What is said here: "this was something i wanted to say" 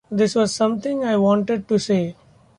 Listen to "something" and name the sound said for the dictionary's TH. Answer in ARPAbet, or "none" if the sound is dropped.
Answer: T